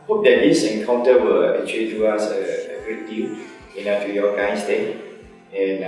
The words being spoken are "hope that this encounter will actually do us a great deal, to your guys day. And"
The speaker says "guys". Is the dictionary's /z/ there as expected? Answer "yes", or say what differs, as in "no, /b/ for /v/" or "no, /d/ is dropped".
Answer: no, /s/ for /z/